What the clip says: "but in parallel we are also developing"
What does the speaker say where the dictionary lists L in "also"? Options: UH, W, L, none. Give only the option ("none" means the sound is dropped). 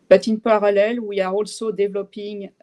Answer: L